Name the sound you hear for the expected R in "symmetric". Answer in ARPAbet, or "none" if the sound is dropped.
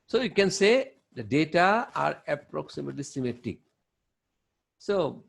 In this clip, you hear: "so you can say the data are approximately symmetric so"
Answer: none